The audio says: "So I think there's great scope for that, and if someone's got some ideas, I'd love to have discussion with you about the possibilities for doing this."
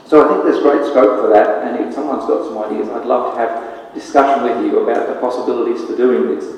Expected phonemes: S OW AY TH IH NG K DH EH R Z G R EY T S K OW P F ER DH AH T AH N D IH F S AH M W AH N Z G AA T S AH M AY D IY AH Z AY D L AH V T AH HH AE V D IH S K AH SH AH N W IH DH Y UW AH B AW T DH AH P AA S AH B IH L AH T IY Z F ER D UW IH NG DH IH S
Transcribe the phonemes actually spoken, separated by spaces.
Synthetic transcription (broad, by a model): S OW AY TH IH NG K DH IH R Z G R EY T S K OW P F ER DH AH T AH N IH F S AH M W AH N Z G AA T S AH M AY D IY AH Z AY D L AH V T AH V D IH S K AH SH AH N W IH DH Y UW AH B AW T DH AH P AA S AH B IH L AH T IY Z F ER D UW IH NG DH IH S